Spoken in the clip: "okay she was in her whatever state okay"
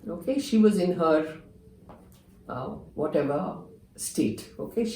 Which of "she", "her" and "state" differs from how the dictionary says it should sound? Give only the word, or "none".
none